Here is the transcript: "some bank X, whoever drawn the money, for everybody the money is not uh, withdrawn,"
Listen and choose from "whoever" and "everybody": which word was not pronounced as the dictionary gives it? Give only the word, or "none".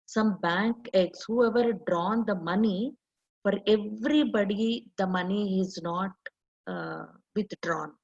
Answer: none